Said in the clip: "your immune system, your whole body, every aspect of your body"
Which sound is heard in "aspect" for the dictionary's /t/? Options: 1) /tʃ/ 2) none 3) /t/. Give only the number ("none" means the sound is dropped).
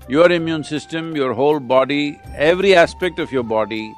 3